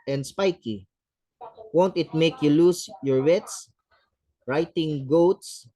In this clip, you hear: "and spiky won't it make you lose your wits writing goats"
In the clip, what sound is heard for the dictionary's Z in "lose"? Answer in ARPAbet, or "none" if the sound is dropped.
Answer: S